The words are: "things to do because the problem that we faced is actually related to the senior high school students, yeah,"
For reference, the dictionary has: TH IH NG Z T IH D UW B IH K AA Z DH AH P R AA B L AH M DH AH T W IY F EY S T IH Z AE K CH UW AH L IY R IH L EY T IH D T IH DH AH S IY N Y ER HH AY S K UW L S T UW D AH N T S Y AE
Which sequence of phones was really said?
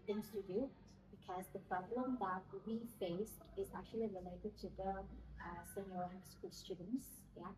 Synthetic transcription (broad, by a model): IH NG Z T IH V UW B IH K AA Z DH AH P R AA B L AH M DH AH T W IY F EY S T IH Z AE K CH UW AH L IY R IH L EY T IH D T IH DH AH S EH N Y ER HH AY S K UW L S T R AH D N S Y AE